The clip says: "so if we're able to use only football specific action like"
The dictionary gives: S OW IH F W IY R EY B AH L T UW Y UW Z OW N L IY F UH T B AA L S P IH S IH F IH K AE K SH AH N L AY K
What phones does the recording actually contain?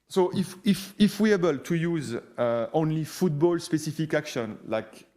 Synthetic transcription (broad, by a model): S OW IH F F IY W EY B AH L T UW Y UW Z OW N L IY F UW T B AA L S P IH S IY F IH K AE K SH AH N L AY K